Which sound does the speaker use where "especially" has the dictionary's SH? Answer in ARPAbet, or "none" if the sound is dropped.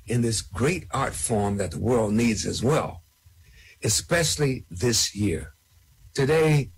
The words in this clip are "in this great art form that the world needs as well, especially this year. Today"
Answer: SH